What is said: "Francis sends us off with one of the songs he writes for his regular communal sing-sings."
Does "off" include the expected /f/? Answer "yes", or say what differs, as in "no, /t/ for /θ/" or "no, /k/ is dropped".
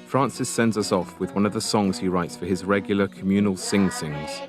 yes